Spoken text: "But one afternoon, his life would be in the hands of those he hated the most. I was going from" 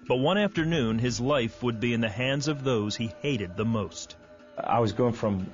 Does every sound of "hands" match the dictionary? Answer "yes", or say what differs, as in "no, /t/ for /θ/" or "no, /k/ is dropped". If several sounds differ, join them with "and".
yes